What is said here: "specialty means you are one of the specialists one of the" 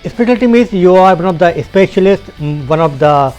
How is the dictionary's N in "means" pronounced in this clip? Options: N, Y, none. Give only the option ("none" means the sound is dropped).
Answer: none